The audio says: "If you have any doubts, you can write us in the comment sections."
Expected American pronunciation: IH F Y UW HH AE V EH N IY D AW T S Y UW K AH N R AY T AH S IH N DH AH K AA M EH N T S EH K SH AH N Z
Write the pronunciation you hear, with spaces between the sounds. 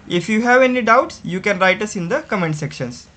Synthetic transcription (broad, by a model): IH F Y UW HH AE V EH N IY D AW T S Y UW K AH N R AY T AH S IH N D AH K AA M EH N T S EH K SH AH N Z